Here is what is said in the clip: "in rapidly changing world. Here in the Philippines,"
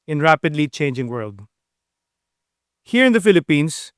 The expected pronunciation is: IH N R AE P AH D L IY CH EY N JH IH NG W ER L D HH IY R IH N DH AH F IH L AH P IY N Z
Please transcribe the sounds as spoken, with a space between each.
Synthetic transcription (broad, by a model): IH N R AE P AH D L IY CH EY N JH IH NG W ER L D HH IY R IH N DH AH F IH L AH P IY N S